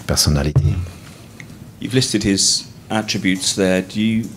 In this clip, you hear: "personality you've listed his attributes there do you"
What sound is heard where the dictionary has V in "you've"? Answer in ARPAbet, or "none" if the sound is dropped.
V